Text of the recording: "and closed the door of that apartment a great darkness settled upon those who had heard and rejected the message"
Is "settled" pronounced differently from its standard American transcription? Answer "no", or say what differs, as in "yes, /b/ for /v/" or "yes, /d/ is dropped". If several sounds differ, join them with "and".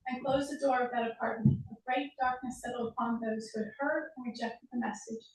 yes, /d/ is dropped